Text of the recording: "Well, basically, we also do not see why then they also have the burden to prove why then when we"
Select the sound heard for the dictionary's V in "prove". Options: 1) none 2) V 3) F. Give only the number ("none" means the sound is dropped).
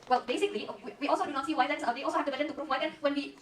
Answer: 3